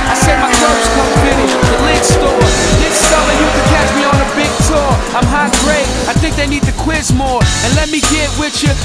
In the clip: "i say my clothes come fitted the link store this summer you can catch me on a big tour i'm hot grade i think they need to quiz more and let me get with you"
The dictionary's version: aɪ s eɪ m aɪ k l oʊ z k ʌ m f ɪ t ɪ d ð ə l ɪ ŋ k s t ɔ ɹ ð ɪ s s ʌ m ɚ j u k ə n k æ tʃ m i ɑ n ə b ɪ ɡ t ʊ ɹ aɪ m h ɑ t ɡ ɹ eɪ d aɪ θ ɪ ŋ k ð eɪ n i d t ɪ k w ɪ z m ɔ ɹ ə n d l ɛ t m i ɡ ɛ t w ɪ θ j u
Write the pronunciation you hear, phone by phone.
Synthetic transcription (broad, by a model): aɪ s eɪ m aɪ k oʊ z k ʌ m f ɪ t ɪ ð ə l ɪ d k s t ɔ ɹ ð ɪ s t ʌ ɚ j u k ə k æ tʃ m i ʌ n ə b ɪ ɡ t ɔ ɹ aɪ m h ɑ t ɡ ɹ eɪ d aɪ θ ɪ ŋ k ð eɪ n i d t ɪ k w ɪ z m ɔ ɹ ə n l ɛ t m i ɡ ɛ t w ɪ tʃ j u